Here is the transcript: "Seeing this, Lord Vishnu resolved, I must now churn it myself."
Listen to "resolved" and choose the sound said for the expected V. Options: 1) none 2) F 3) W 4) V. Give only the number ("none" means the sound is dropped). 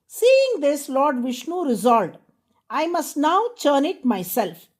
1